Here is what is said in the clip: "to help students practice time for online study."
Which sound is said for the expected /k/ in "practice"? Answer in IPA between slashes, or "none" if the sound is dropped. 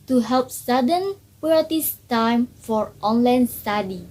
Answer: none